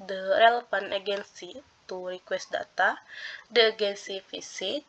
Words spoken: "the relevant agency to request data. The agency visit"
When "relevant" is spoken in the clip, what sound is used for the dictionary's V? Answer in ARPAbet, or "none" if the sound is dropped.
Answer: F